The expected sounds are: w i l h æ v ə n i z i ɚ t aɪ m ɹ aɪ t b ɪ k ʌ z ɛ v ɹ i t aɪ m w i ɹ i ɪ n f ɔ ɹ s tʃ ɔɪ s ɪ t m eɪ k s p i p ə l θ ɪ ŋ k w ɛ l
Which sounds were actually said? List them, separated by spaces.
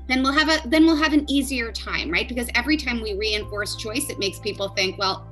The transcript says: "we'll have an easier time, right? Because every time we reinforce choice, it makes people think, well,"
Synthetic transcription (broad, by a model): w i l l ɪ v ə n i z i ɚ t aɪ m ɹ aɪ t b ɪ k ʌ z ɛ v ɹ i t aɪ m w i ɹ i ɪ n f ɔ ɹ s tʃ ɔɪ s ɪ t m eɪ k s p i p l θ ɪ ŋ k w ɛ l